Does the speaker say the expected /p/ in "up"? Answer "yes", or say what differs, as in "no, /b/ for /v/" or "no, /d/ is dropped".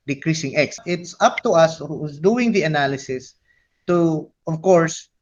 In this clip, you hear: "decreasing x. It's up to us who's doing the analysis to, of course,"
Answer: yes